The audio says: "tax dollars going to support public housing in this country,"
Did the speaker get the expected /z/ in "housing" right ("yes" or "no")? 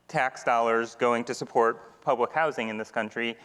yes